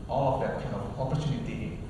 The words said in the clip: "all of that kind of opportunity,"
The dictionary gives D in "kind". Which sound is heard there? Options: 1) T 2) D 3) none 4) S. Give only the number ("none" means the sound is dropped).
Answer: 3